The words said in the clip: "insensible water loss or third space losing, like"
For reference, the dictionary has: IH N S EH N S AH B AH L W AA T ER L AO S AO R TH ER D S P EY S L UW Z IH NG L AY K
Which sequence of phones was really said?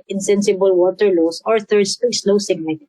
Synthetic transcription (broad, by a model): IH N S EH N S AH B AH L W AA T ER L AO S AO R TH ER D S P EY S L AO S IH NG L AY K